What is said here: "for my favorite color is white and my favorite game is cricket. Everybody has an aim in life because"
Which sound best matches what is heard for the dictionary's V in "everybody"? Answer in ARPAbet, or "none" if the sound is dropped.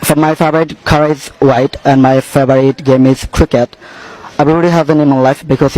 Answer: B